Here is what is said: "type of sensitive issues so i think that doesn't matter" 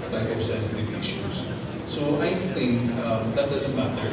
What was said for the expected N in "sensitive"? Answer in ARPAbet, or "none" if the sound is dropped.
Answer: none